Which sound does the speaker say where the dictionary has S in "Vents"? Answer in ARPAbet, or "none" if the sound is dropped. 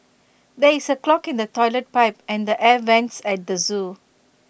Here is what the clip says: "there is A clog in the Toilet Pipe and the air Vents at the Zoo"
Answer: S